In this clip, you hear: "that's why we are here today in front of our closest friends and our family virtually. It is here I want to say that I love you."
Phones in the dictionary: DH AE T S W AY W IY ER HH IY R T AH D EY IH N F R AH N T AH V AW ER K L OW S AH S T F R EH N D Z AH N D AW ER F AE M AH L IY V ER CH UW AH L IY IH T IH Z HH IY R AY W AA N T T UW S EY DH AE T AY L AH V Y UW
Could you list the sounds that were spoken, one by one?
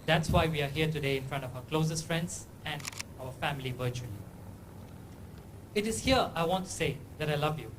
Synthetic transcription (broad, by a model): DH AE T S W AY W IY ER HH IY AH T AH D EY IH N F R AH N T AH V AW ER K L OW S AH S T F R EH N D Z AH N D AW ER F AE M AH L IY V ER CH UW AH L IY IH T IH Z HH IY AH AY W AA N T T UW S EY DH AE T AY L AH V Y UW